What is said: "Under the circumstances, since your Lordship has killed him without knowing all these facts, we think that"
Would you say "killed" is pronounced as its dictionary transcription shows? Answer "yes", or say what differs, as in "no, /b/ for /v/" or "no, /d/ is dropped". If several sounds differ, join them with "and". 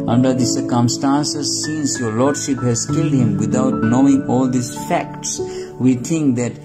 yes